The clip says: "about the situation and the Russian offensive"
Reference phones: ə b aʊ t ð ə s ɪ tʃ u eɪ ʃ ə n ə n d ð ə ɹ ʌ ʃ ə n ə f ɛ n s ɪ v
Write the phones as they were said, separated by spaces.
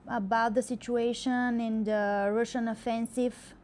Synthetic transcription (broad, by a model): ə b aʊ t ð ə s ɪ tʃ u eɪ ʃ ə n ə n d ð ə ɹ ʌ ʃ ə n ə f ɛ n s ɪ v